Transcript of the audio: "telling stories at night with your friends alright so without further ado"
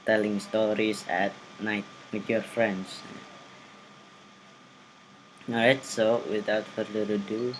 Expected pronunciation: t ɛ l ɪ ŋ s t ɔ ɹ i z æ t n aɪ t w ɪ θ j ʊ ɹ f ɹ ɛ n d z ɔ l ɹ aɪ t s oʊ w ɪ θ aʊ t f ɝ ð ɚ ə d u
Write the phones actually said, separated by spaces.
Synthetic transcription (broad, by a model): t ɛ l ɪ ŋ s t ɔ ɹ i s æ t n aɪ t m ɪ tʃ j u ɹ f ɹ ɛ n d s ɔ ɹ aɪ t s oʊ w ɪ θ aʊ t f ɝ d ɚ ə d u